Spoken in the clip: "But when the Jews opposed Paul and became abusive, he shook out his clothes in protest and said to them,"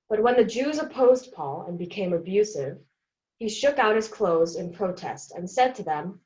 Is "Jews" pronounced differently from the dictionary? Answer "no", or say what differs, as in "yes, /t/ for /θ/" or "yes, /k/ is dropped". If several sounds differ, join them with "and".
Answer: no